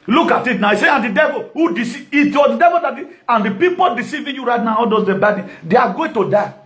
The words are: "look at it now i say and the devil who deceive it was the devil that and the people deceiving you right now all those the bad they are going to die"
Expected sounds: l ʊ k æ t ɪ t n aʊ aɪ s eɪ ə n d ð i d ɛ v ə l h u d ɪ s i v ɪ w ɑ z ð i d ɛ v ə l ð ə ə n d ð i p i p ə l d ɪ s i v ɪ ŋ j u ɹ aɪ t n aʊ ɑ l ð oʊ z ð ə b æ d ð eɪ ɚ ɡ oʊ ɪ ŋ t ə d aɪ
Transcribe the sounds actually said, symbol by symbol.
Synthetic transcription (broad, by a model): l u k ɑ t ɪ t n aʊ aɪ s eɪ ə n d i d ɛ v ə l h u d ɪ s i ɪ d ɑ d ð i d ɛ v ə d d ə ə n d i p i p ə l d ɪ s i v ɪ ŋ j u ɹ aɪ t n aʊ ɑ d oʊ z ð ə b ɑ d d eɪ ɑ ɡ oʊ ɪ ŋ t ə d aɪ